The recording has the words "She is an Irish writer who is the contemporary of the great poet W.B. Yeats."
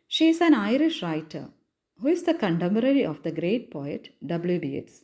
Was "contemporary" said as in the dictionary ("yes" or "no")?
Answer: no